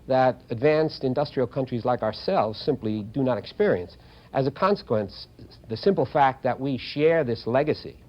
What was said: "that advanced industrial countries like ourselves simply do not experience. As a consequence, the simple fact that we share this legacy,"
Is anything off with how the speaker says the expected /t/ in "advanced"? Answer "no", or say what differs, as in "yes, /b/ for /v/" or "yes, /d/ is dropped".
no